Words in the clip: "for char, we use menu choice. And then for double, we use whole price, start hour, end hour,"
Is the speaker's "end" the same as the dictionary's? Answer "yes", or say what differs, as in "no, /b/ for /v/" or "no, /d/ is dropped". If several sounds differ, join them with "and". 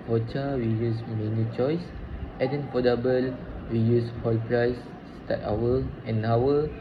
no, /d/ is dropped